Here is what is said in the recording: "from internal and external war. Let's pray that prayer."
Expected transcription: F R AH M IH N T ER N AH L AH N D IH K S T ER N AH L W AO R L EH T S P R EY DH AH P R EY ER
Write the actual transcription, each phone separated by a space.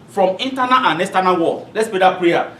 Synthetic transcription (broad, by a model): F R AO M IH N T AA N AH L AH N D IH S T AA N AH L W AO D L EH T S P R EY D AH P R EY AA